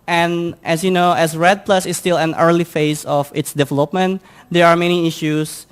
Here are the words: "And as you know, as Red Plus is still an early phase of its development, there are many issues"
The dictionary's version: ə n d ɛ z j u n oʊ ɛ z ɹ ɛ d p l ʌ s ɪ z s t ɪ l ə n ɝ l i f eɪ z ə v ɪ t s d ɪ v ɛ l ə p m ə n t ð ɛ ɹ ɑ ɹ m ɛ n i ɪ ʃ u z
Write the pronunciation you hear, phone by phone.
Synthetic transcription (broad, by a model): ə n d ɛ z j u n oʊ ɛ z ɹ ɛ d p l ʌ s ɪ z s t ɪ l ə n ɝ l i f eɪ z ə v ɪ t s d ɪ v ɛ l ə p m ə n t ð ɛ ɹ ɑ ɹ m ɛ n i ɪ ʃ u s